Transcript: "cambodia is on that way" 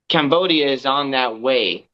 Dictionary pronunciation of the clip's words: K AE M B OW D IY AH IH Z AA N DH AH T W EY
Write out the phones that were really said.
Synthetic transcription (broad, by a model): K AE M B OW D IY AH IH Z N DH AH T W EY